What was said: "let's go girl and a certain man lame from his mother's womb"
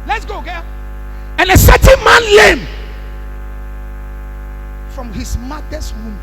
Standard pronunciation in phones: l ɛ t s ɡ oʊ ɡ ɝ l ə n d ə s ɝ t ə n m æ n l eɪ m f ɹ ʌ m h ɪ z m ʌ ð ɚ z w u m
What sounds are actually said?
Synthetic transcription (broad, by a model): l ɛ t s ɡ oʊ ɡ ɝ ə n ə s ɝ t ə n m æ n l eɪ m f ɹ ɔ m h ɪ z m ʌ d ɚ s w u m